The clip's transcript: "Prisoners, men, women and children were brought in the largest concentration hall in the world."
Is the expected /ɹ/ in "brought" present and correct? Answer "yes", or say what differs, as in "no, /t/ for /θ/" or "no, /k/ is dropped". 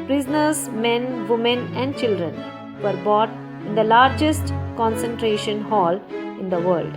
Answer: no, /ɹ/ is dropped